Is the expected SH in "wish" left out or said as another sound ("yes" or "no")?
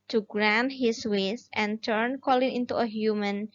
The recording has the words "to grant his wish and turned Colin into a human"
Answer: yes